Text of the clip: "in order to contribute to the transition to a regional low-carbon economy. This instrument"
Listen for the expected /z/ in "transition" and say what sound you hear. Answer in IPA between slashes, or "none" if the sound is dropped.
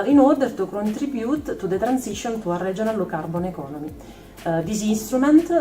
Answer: /s/